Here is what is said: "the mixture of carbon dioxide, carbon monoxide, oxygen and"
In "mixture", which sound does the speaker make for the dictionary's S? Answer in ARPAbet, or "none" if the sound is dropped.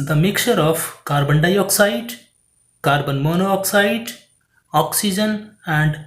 none